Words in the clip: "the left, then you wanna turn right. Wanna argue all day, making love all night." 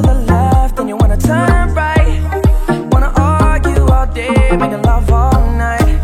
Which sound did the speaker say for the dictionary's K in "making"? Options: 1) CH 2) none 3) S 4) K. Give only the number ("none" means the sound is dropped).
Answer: 2